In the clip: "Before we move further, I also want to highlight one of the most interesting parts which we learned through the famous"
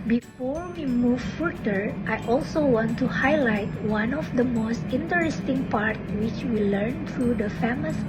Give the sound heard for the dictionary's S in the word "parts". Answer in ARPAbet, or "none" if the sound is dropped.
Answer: none